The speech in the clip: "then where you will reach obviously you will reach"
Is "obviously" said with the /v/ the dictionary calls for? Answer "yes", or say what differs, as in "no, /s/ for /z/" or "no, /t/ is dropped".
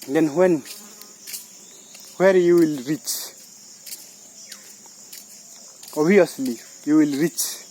no, /v/ is dropped